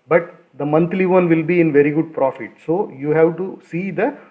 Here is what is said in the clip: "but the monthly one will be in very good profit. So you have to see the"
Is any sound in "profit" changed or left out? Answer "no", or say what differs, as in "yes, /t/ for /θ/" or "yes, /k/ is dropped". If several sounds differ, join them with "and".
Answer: no